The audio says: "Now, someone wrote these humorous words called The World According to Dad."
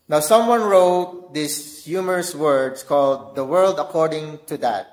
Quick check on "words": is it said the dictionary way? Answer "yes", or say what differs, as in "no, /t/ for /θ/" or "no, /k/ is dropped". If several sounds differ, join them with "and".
no, /s/ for /z/